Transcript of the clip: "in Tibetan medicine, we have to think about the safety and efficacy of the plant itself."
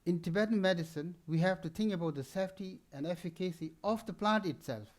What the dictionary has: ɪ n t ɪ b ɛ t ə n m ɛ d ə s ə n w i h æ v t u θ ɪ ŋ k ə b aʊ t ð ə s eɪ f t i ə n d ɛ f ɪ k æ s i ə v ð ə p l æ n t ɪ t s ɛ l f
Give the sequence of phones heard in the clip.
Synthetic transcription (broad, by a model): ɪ n t ɪ b ɛ t ə n m ɛ d ə s ə n w i h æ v t u t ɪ ŋ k ə b aʊ t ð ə s eɪ f t i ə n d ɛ f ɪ k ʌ s i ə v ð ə p l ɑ n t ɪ t s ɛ l f